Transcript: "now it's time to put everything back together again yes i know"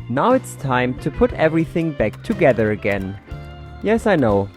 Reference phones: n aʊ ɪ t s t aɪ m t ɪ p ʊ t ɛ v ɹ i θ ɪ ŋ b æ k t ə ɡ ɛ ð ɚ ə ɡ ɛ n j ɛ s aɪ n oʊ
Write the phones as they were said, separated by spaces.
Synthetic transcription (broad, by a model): n aʊ ɪ t s t aɪ m t ɪ p ʊ t ɛ v ɹ i θ ɪ ŋ b æ k t ə ɡ ɛ ð ɚ ə ɡ ɛ n j ɛ s aɪ n oʊ